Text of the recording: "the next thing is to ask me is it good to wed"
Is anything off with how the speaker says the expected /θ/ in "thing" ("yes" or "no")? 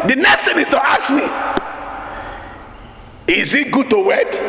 yes